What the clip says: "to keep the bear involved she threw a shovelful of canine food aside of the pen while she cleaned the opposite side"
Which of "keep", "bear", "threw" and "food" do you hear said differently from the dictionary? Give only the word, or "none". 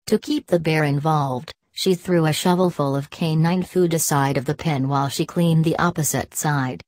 none